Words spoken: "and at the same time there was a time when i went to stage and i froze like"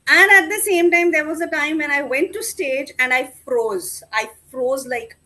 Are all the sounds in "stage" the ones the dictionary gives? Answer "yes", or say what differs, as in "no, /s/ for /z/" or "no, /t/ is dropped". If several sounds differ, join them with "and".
yes